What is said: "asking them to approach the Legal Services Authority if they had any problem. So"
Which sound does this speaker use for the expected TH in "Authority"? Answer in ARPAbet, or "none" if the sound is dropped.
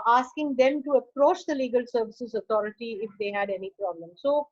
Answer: T